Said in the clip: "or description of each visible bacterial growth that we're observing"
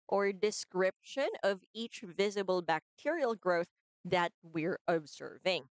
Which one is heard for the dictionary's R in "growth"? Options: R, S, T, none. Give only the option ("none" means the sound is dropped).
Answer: R